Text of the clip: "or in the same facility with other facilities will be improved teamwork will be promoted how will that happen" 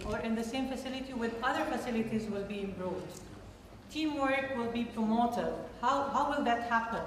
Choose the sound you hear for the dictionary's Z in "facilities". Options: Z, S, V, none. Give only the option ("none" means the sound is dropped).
Z